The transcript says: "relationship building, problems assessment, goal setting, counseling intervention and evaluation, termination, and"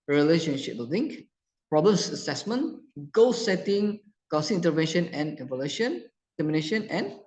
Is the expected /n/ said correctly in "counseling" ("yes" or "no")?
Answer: no